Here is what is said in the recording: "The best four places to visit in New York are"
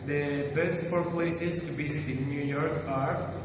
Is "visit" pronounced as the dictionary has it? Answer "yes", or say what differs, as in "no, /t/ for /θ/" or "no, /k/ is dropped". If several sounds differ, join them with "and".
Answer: no, /b/ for /v/